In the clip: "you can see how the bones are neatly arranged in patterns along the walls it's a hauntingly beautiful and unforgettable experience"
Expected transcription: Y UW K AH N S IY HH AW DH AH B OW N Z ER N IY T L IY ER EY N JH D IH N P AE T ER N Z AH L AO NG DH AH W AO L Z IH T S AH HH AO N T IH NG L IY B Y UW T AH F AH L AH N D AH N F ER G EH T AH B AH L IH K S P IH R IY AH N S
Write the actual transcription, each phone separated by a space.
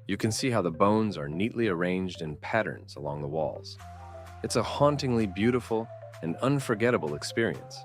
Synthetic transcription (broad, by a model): Y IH K AH N S IY HH AW DH AH B OW N Z ER N IY T L IY ER EY N JH D IH N P AE T ER N Z AH L AO NG DH AH W AO L Z IH T S AH HH AO N T IH NG L IY B Y UW T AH F L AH N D AH N F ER G EH T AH B L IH K S P IH R IY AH N S